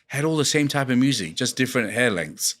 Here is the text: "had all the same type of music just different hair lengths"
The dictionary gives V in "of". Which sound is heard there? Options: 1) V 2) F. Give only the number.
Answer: 1